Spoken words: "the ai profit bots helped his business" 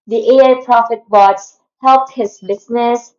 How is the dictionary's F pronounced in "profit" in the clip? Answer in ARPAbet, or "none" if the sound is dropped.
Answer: F